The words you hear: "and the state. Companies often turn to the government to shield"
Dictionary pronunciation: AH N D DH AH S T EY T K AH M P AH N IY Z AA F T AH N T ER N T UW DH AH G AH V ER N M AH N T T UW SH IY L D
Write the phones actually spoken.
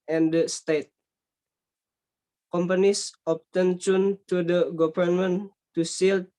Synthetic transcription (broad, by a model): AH N D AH S T EY T K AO M P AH N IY S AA P T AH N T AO N T UW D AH G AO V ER N M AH N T T UW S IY L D